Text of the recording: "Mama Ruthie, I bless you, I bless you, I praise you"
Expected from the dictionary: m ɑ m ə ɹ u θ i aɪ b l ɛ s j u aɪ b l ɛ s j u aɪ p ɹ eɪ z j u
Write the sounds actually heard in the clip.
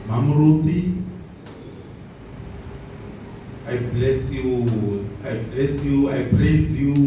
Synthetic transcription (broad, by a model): m ɑ m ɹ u t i aɪ b l ɛ s j u aɪ b l ɛ s j u aɪ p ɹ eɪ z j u